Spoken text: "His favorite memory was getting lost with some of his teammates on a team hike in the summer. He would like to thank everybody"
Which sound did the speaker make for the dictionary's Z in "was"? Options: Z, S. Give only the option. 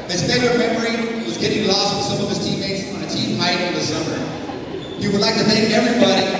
Z